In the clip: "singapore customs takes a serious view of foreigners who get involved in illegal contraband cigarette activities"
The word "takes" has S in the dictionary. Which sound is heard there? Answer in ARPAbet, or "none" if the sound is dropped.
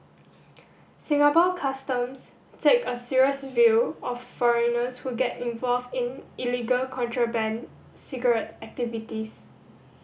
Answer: none